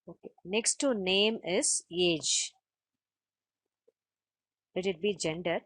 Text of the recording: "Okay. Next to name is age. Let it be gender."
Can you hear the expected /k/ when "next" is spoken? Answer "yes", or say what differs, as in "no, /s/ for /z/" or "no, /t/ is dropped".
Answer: yes